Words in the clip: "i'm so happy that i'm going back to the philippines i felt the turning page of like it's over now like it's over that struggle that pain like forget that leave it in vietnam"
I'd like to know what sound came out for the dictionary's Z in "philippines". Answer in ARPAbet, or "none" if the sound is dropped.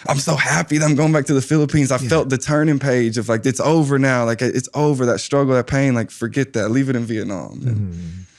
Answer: Z